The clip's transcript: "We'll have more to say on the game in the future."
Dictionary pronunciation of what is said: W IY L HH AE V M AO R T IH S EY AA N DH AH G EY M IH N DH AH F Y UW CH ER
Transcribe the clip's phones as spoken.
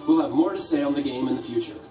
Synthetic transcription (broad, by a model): W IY L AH V M AO R T IH S EY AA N DH AH G EY M IH N DH AH F Y UW CH ER